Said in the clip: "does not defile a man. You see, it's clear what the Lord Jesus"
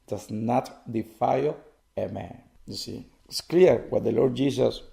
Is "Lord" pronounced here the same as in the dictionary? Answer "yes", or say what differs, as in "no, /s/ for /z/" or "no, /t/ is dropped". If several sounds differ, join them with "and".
yes